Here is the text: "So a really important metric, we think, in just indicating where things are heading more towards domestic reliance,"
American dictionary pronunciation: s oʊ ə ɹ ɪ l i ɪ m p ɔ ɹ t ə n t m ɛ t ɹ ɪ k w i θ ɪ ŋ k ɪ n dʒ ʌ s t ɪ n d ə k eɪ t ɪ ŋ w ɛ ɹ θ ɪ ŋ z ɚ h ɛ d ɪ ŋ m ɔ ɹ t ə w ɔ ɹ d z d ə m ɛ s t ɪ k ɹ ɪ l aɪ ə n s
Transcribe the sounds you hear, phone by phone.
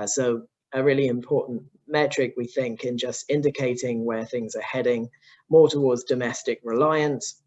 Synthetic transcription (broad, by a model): s oʊ ə ɹ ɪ l i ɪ m p ɔ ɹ t n m ɛ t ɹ ɪ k w i θ ɪ ŋ k ɪ n dʒ ʌ s t ɪ n d ə k eɪ t ɪ ŋ w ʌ θ ɪ ŋ z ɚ h ɛ d ɪ ŋ m ɔ t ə w ɔ d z d ə m ɛ s t ɪ k ɹ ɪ l aɪ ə n s